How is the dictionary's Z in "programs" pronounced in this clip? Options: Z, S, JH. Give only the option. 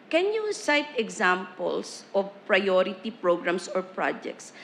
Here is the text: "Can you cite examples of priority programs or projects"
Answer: S